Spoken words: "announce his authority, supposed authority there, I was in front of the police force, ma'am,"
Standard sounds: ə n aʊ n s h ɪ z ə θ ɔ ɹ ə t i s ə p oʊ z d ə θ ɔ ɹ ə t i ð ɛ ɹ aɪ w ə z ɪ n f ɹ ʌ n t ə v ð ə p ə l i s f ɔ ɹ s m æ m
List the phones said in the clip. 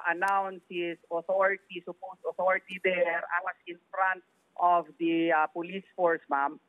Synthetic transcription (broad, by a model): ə n aʊ n s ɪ s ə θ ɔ ɹ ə t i s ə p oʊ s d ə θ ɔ ɹ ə t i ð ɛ ɹ aɪ w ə s ɪ n f ɹ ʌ n t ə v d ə p ə l i s f ɔ ɹ s m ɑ m